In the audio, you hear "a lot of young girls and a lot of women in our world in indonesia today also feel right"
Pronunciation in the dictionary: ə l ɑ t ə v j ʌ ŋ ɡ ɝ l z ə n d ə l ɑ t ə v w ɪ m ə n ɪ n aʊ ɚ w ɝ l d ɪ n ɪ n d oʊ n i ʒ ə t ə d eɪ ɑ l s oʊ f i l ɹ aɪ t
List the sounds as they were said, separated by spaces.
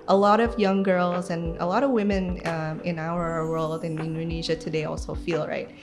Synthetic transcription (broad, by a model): ə l ɑ t ə v j ʌ ŋ ɡ ɝ l z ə n ə l ɑ t ə v w ɪ m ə n ɪ n aʊ ɚ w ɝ l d ɪ n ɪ n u n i ʒ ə t ə d eɪ ɑ l s oʊ f i l ɹ aɪ t